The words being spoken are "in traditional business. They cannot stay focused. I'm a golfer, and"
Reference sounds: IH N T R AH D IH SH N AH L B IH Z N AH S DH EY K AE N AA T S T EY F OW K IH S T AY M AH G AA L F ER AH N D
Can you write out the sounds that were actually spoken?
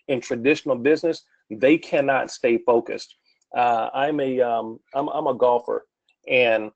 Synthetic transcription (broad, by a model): IH N T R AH D IH SH N L B IH Z N AH S DH EY K AE N AA T S T EY F OW K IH S T AY M AH G AA L F ER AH N